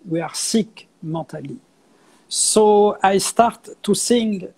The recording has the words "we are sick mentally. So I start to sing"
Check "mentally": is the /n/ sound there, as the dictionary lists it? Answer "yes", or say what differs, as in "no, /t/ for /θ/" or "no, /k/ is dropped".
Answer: no, /n/ is dropped